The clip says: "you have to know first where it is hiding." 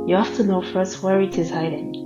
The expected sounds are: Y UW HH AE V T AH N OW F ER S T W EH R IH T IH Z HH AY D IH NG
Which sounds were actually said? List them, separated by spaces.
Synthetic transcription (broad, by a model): Y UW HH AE F T AH N OW F ER S T W EH R IH T IH Z HH AY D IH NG